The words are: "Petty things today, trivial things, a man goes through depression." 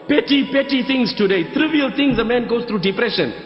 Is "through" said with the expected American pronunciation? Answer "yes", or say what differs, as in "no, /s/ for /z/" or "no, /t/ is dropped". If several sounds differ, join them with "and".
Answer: no, /t/ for /θ/